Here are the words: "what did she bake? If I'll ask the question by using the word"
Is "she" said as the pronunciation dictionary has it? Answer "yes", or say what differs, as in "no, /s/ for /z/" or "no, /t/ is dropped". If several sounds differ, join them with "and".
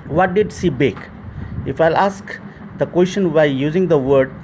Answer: no, /s/ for /ʃ/